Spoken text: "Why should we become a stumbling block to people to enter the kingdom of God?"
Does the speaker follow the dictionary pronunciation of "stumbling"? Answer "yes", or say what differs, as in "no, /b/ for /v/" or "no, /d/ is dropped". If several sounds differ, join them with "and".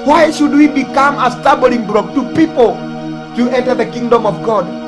no, /m/ is dropped